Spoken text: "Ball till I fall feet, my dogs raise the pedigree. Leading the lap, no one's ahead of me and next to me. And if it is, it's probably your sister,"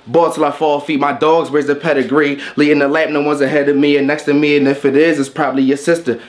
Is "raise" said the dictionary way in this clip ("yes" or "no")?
no